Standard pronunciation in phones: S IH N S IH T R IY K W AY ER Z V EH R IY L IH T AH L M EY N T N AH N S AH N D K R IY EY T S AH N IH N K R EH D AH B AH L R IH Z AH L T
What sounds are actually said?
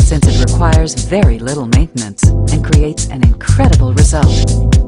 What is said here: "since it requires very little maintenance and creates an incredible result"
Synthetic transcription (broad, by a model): S IH N S IH T R IY K W AY ER Z V EH R IY L IH T L M EY N T N AH N S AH N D K R IY EY T S AH N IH N K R EH D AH B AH L R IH Z AH L T